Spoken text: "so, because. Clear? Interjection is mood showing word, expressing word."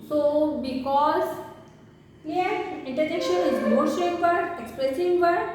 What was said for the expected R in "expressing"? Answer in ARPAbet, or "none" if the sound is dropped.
R